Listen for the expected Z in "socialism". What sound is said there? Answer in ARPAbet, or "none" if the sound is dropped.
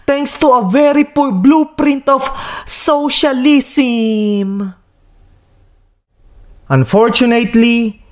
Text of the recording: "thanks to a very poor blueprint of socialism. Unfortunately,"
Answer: S